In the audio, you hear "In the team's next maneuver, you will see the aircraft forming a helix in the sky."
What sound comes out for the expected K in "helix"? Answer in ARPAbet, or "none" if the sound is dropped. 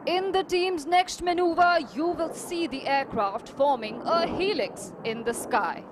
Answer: K